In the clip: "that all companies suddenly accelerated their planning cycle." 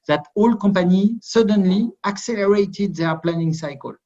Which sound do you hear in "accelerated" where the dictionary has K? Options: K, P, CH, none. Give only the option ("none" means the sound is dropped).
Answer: K